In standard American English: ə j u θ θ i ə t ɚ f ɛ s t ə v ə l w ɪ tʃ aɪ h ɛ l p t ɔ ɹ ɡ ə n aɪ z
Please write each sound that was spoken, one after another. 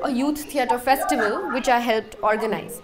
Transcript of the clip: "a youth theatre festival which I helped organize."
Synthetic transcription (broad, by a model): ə j u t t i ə t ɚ f ɛ s t ə v ə l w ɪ tʃ aɪ h ɛ l p t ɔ ɹ ɡ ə n aɪ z